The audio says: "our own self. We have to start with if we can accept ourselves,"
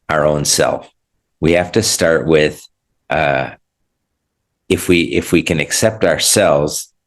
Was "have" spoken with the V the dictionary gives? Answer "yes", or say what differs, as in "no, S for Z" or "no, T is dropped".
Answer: no, F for V